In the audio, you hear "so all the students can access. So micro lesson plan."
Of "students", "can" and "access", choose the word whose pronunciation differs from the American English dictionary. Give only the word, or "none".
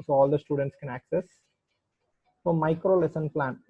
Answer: none